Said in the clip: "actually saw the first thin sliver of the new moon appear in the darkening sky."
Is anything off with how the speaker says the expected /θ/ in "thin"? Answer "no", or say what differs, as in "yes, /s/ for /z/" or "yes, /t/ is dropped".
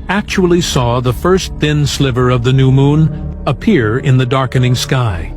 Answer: no